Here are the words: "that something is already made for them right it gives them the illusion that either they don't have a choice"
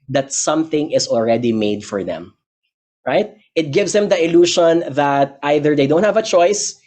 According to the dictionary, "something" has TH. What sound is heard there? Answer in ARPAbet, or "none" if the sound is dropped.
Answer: TH